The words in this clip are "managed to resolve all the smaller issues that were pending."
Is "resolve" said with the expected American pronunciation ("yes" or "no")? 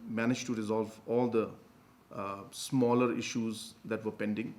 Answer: yes